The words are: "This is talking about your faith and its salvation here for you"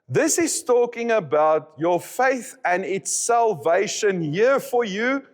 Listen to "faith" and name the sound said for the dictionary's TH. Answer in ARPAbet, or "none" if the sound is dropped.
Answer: TH